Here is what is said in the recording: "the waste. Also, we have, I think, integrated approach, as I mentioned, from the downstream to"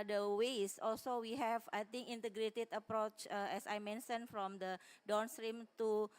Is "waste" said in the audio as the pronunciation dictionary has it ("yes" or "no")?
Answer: no